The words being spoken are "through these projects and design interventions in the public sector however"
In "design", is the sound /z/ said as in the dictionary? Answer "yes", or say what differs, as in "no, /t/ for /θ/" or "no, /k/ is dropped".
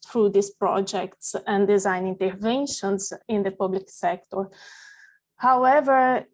yes